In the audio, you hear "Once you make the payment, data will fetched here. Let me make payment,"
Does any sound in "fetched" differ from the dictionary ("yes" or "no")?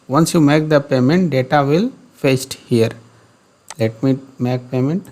yes